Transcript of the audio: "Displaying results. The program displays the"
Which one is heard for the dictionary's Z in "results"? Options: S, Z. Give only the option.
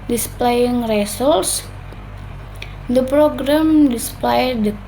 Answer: S